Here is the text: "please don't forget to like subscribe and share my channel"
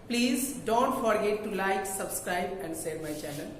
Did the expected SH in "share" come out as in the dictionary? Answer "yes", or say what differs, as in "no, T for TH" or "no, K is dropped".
no, S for SH